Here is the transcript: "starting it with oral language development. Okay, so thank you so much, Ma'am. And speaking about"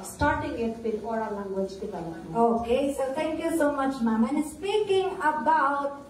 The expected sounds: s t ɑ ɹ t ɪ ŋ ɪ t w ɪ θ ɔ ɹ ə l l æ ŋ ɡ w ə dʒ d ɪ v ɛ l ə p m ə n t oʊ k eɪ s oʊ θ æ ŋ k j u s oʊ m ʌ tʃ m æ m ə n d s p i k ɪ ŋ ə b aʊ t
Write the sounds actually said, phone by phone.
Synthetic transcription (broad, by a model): s t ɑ ɹ t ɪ ŋ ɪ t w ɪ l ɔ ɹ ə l l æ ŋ ɡ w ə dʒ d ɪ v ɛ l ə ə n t oʊ k eɪ s oʊ t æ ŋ k j u s oʊ m ʌ tʃ m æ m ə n s p i k ɪ ŋ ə b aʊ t